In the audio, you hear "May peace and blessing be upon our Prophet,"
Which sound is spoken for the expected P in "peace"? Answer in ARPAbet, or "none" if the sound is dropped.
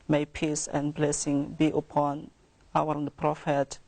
P